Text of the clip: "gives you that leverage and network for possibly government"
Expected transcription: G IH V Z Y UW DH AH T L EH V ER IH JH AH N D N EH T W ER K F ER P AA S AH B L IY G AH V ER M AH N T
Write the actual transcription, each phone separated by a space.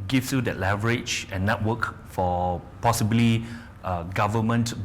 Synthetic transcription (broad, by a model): G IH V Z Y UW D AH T L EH V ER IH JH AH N N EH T W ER K F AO P AA S AH B L IY G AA V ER M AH N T